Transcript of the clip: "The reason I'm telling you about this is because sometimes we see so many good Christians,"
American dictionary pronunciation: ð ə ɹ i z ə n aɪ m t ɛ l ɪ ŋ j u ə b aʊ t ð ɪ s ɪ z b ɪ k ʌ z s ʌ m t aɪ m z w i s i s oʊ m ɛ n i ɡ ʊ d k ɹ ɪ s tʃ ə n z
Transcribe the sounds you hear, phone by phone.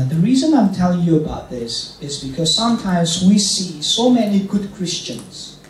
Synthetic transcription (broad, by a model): ð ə ɹ i z ə n aɪ m t ɛ l ɪ ŋ j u ə b aʊ t ð ɪ s ɪ z b ɪ k ʌ z s ʌ m t aɪ m z w i s i s oʊ m ɛ n i ɡ ʊ d k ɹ ɪ s tʃ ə n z